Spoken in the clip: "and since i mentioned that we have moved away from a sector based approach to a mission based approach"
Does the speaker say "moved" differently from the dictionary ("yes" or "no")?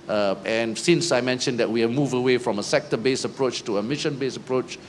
yes